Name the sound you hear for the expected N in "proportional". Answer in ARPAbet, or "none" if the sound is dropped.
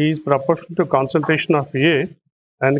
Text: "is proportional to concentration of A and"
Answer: none